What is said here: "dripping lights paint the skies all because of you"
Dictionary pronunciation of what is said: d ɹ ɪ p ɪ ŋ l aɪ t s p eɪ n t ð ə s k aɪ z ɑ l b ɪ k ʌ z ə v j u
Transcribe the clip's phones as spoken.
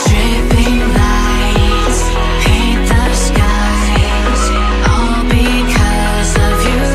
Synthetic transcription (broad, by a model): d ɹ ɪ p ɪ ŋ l aɪ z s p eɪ t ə s k aɪ z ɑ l b ɪ k ʌ z ə v j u